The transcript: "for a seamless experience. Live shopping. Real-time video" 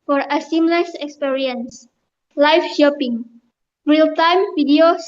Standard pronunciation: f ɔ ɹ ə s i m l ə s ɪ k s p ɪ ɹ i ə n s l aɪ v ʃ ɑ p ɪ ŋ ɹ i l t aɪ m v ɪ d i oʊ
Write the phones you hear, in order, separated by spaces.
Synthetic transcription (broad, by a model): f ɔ ɹ ə s i m l ə s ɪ k s p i ɹ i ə n s l aɪ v ʃ ɑ p ɪ ŋ ɹ i l t aɪ m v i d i oʊ